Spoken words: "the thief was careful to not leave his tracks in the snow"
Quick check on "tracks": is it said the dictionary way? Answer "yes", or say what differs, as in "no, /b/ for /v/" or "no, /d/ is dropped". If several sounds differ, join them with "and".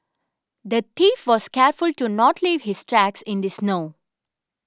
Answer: yes